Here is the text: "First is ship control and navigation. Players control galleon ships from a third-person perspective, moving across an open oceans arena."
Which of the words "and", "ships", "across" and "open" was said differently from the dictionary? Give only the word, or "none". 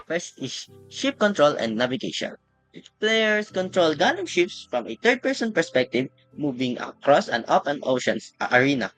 none